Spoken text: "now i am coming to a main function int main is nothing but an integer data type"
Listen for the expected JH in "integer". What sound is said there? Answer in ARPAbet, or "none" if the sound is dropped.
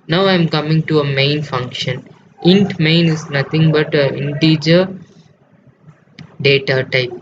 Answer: JH